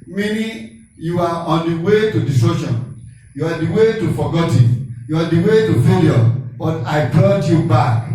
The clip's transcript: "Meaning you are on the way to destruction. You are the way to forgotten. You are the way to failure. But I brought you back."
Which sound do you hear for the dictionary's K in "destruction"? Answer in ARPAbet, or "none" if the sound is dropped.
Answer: none